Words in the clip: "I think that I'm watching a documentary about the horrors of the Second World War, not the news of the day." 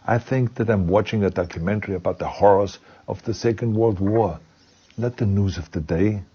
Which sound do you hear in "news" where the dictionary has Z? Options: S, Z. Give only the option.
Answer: Z